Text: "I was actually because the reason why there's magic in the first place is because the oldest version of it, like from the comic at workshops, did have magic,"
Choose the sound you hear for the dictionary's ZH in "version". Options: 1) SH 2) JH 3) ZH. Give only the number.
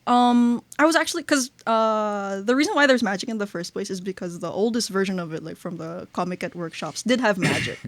3